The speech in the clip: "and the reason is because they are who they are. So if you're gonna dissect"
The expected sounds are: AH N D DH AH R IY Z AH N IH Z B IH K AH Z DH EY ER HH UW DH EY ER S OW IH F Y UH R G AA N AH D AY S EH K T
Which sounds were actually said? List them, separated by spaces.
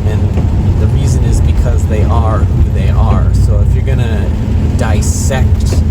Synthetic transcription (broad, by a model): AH N DH AH R IY Z AH N IH Z B IH K AH Z DH EY ER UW DH EY ER S OW IH F Y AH R G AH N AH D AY S EH K T